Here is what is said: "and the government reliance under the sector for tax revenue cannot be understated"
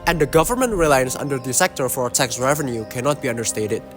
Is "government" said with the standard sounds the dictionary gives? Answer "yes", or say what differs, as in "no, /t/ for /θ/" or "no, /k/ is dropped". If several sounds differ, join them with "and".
yes